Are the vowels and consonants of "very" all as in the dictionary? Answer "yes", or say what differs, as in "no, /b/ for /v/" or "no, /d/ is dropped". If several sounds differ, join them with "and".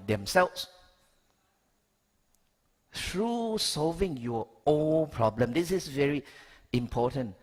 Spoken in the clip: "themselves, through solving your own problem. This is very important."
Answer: yes